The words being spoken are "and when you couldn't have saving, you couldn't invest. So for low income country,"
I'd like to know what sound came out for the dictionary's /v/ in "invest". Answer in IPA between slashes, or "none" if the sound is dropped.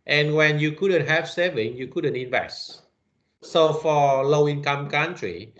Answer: /v/